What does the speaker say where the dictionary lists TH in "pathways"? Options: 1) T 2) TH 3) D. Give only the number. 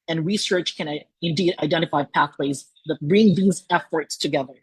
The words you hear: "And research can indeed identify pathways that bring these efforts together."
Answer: 2